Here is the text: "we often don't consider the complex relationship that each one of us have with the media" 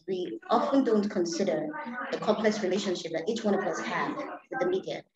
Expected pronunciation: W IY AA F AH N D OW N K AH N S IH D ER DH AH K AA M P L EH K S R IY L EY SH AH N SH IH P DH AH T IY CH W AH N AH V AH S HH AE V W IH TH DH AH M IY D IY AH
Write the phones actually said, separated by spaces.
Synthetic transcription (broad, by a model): W IY AA F AH N D OW N K AH N S IH D ER DH AH K AA M P L EH K S R IY L EY SH AH N SH IH P DH AH T IY CH W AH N AH V AH S HH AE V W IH DH AH M IY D IY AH